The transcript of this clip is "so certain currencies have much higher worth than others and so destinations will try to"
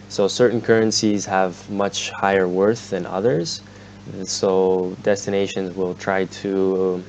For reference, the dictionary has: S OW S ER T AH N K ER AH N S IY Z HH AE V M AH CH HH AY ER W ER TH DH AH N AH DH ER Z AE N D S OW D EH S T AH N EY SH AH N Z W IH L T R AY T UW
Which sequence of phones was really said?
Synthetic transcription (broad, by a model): S OW S ER T N K ER AH N S IY Z HH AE V M AH CH HH AY ER W ER TH DH AH N AH DH ER Z S OW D EH S T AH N EY SH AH N Z W IH L T R AY T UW